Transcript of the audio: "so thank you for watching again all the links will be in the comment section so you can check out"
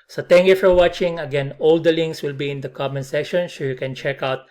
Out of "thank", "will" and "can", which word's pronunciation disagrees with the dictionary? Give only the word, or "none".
thank